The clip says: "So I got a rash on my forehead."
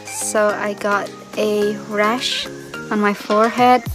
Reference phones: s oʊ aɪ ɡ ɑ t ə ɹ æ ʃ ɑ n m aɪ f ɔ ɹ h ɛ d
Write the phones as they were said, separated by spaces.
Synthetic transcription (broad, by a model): s oʊ aɪ ɡ ɑ t ə ɹ æ ʃ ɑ n m aɪ f ɔ ɹ h ɛ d